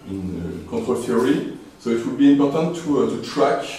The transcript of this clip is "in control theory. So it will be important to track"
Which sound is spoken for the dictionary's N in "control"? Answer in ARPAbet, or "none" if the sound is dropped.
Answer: none